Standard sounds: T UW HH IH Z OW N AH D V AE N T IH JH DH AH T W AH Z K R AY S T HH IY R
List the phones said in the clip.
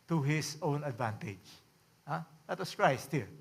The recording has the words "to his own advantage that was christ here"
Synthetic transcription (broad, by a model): T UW HH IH S OW N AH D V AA N T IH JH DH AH T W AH S K R AY S T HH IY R